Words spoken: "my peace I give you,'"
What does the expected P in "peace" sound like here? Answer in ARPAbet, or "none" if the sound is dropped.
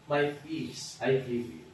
F